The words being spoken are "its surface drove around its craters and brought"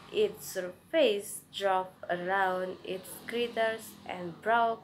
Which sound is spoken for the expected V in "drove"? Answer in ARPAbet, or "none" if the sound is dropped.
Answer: P